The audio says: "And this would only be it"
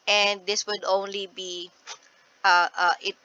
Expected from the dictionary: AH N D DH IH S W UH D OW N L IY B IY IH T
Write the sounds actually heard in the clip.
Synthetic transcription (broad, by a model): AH N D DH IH S W UH D OW N L IY B IY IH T